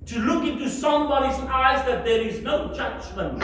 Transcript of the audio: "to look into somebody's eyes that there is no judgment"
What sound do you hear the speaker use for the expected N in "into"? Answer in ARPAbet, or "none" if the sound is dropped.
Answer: N